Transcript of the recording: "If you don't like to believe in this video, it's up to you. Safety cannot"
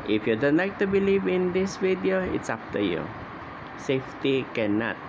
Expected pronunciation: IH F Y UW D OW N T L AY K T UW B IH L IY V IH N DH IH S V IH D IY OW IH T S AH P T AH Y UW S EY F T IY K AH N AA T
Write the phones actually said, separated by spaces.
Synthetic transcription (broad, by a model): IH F Y UW D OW N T L AY K T UW B IH L IY V IH N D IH S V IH D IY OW IH T S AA F T AH Y UW S EY F T IY K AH N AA T